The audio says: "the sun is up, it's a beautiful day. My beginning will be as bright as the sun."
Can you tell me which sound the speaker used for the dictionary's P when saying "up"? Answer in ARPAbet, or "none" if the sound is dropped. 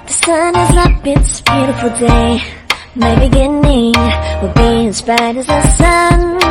B